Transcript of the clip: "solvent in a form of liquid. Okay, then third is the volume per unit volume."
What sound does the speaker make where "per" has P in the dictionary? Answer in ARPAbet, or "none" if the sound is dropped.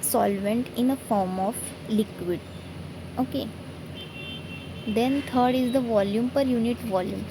P